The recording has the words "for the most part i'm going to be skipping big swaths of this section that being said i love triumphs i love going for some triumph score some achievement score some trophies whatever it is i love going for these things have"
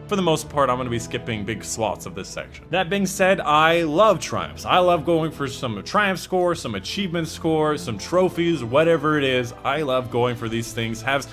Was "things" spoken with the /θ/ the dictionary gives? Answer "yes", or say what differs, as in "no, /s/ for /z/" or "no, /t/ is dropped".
yes